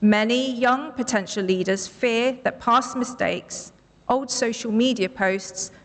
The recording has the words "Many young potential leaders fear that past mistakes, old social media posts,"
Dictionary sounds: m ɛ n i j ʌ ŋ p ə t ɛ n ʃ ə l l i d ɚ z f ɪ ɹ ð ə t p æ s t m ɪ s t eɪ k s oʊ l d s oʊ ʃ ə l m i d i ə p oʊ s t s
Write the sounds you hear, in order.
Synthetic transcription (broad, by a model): m ɛ n i j ʌ ŋ p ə t ɛ n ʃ ə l l i d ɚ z f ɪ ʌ ð ə t p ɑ s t m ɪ s t eɪ k s oʊ l d s oʊ ʃ ə l m i d i ə p oʊ s t s